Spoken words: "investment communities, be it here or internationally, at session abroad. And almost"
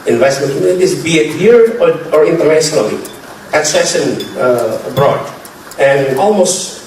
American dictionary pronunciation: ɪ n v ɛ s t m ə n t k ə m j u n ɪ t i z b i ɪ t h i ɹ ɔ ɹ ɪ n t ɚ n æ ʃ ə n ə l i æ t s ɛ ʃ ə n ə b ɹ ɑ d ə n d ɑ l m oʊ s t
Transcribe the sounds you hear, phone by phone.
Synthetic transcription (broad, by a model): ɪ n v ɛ s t m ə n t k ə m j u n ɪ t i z b i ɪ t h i ɹ ɔ ɹ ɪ n t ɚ n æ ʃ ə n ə l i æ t s ɛ ʃ ə n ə b ɹ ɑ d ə n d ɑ l m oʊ s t